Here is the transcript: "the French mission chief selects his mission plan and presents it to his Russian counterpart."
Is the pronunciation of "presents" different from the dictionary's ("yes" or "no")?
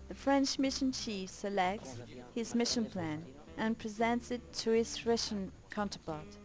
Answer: no